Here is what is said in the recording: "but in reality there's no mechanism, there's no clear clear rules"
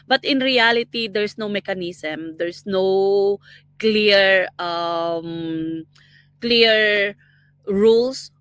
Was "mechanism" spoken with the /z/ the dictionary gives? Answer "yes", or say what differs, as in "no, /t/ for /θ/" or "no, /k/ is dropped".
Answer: no, /s/ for /z/